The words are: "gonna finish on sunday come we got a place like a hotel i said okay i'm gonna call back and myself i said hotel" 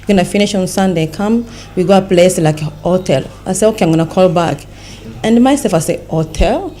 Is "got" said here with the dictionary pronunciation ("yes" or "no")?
no